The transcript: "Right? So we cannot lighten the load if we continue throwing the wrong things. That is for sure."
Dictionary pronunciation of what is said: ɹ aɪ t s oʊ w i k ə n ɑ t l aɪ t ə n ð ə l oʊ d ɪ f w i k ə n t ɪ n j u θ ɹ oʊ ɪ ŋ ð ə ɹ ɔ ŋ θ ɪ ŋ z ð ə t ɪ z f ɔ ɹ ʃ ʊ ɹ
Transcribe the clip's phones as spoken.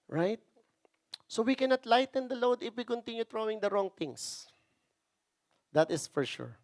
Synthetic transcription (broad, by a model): ɹ aɪ t s oʊ w i k ə n ɑ t l aɪ t ə n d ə l oʊ d ɪ f w i k ə n t ɪ n j u t ɹ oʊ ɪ ŋ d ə ɹ ɔ ŋ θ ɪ ŋ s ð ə t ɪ s f ɔ ɹ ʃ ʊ ɹ